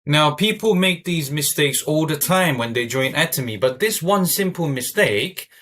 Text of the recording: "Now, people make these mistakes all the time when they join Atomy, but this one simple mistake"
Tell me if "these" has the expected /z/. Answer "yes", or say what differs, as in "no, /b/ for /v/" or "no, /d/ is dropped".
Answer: yes